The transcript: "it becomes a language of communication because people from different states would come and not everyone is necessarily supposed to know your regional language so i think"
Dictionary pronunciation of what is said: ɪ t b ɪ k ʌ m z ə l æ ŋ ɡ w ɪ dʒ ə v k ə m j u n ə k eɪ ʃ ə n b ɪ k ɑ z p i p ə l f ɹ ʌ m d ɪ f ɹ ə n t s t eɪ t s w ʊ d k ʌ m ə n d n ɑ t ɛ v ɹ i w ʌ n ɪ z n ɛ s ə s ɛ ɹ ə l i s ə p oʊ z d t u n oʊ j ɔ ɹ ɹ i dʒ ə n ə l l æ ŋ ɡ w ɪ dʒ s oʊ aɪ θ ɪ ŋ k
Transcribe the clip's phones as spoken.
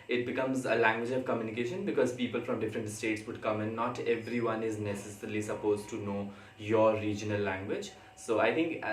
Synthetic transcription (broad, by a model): ɪ t b ɪ k ʌ m z ə l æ ŋ ɡ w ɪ dʒ ə v k ə m j u n ə k eɪ ʃ ə n b ɪ k ɑ z p i p ə l f ɹ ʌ m d ɪ f ɹ ə n t s t eɪ t s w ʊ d k ʌ m ə n d n ɑ t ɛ v ɹ i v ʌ n ɪ z n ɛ s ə s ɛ ɹ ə l i s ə p oʊ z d t u n oʊ j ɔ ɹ ɹ i dʒ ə n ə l l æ ŋ ɡ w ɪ dʒ s oʊ aɪ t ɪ ŋ k